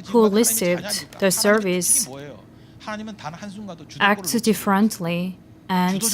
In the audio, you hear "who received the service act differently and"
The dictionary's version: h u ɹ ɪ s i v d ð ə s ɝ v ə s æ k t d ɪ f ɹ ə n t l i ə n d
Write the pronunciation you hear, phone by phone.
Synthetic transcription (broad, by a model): h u l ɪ s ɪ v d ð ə s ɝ v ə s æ k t d ɪ f ɹ ə n t l i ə n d